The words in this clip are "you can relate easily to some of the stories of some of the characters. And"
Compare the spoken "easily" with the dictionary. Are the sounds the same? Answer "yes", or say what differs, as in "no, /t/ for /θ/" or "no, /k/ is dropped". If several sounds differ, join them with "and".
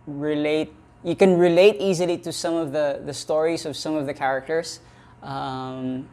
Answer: yes